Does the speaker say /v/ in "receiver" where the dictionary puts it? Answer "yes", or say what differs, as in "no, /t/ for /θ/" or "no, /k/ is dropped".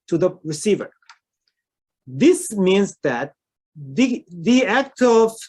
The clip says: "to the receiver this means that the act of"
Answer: yes